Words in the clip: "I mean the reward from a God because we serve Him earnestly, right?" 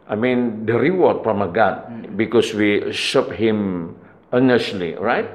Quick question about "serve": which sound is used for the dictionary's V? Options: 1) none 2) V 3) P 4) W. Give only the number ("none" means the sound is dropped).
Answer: 3